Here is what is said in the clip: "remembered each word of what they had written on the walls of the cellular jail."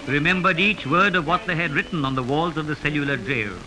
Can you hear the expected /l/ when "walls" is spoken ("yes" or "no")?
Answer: yes